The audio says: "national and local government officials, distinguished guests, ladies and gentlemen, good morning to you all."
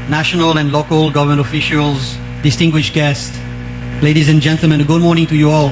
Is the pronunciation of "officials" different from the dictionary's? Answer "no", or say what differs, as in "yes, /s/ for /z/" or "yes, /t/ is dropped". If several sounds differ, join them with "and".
no